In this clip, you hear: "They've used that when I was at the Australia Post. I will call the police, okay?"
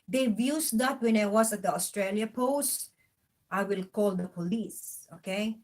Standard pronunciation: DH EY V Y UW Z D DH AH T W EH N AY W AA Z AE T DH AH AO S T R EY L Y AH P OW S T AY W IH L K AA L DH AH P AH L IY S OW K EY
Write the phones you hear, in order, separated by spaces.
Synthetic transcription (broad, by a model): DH EY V Y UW S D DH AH T W EH N AY W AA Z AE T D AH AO S T R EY L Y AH P OW S T AY W IH L K AA L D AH P AH L IY S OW K EY